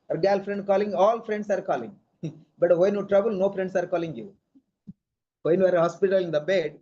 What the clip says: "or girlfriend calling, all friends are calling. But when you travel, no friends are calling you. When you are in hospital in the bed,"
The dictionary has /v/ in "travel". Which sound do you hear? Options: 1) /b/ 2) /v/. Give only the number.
1